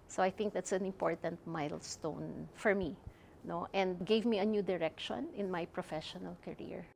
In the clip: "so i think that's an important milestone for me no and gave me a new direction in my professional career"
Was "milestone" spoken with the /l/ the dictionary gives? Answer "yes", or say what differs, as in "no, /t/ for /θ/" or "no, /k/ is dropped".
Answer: yes